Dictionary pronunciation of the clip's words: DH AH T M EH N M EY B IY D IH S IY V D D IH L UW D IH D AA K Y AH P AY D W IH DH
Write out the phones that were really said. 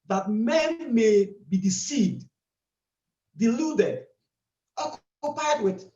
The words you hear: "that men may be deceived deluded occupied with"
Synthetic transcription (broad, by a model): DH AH T M EH N M EY B IY D IH S IY V D D IH L UW D IH D AA K Y AH P AY D W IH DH